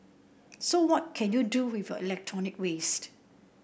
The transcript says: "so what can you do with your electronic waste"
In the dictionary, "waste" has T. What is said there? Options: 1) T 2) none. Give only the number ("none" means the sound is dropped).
1